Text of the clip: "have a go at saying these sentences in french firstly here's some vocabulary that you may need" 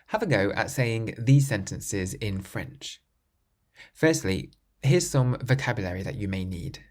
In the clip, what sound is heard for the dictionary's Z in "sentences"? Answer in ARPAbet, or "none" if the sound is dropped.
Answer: Z